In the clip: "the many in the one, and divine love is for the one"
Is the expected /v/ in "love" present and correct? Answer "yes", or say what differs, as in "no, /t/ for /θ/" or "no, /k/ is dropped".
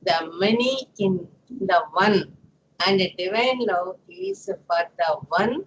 no, /v/ is dropped